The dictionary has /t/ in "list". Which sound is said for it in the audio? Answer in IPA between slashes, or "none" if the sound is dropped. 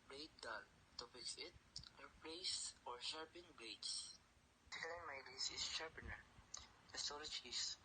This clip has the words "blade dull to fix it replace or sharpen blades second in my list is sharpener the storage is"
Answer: none